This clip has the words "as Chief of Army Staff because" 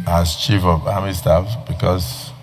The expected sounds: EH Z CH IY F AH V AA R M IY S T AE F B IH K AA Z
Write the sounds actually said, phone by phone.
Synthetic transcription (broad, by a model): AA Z CH IY F AH V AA M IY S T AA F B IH K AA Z